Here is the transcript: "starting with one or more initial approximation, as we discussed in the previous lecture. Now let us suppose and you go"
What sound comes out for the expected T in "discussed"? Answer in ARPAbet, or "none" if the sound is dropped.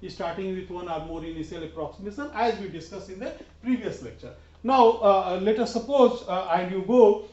none